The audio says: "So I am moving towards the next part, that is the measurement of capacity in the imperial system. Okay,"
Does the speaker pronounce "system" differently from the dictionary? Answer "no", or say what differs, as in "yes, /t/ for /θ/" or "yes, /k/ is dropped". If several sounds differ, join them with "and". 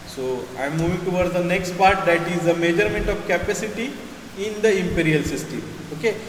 yes, /m/ is dropped